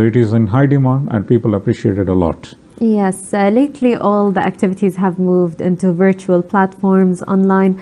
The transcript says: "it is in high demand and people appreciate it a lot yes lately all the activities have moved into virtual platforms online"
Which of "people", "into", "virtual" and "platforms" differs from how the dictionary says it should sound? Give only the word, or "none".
none